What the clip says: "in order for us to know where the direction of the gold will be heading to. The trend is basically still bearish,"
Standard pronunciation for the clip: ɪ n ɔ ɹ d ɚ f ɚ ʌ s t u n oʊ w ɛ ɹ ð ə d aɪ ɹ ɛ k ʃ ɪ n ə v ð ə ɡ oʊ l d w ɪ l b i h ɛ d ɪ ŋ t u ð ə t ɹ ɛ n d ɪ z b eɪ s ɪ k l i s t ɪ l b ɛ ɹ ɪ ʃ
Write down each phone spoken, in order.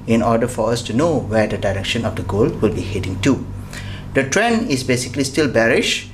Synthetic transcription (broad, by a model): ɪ n ɔ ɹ d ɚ f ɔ ʌ s t u n oʊ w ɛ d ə d aɪ ɹ ɛ k ʃ ɪ n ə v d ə ɡ oʊ l w ɪ l b i h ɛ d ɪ ŋ t u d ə t ɹ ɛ n ɪ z b eɪ s ɪ k l i s t ɪ l b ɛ ɹ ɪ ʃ